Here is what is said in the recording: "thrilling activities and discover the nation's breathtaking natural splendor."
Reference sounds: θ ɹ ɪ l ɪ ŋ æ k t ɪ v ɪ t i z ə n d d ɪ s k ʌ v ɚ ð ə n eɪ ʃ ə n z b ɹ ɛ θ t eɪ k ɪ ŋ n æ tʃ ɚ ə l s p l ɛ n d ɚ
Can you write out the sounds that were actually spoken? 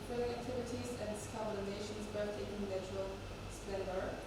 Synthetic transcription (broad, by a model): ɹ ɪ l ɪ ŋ æ k t ɪ v ɪ t i z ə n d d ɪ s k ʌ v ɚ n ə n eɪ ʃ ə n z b ɛ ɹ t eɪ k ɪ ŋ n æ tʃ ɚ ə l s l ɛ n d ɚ